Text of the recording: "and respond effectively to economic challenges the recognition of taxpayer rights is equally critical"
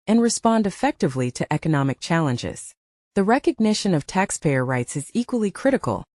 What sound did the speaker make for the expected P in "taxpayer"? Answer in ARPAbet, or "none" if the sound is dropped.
P